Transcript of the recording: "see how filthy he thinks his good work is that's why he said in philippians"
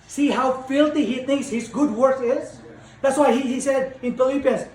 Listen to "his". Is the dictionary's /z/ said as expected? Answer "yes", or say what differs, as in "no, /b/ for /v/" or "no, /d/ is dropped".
yes